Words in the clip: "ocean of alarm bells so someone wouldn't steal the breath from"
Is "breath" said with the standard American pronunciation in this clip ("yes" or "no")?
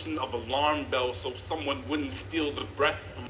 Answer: yes